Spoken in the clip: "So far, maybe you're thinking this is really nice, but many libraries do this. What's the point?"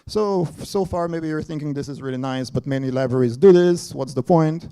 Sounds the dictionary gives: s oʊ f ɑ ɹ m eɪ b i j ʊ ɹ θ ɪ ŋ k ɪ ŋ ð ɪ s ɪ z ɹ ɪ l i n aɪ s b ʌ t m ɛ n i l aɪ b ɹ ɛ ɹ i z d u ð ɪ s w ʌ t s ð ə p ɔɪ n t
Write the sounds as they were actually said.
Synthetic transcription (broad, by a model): s oʊ f ɑ ɹ m eɪ b i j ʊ ɹ θ ɪ ŋ k ɪ ŋ ð ɪ s ɪ z ɹ ɪ l i n aɪ s b ʌ t m ɛ n i l aɪ b ɹ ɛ ɹ i z d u ð ɪ s w ʌ t s ð ə p ɔɪ n t